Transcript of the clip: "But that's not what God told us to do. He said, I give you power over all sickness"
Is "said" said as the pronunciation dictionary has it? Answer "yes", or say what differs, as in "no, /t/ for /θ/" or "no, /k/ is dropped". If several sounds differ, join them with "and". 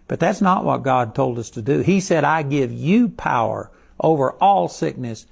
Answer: yes